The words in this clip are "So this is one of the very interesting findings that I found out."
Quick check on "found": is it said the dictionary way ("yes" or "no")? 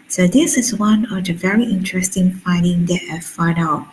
no